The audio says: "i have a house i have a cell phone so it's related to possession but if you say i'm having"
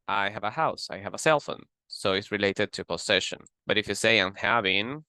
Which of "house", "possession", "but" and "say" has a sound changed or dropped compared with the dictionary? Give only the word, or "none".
possession